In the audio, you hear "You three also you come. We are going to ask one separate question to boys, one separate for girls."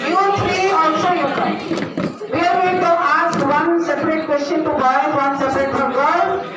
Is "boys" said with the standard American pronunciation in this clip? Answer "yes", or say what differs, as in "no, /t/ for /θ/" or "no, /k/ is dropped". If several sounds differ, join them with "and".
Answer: no, /z/ is dropped